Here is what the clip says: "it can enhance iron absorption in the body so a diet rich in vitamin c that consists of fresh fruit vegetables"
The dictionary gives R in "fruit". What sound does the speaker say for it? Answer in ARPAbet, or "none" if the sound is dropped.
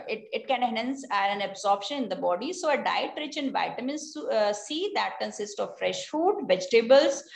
none